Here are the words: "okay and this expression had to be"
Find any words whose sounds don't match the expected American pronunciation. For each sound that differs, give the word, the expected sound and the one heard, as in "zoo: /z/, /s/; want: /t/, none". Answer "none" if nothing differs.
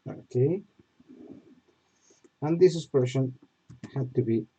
expression: /k/, none; expression: /ɹ/, none